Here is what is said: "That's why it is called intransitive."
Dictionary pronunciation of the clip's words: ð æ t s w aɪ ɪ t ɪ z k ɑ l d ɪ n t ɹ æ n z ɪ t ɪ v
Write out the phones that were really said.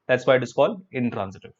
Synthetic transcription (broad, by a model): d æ t s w aɪ ɪ t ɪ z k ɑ l ɪ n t ɹ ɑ n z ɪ t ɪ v